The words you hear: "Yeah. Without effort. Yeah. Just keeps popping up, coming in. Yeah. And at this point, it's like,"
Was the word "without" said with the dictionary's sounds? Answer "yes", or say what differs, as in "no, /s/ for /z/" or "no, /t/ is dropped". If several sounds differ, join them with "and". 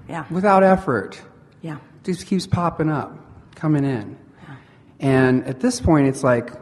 yes